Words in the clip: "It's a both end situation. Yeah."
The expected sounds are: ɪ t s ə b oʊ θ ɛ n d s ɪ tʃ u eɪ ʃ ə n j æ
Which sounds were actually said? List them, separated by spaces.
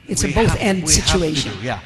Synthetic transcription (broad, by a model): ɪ t s ə b oʊ θ ɛ n d s ɪ tʃ u eɪ ʃ ə n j